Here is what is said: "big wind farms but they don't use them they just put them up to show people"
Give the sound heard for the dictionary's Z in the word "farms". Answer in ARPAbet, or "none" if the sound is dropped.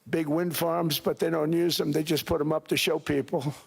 Z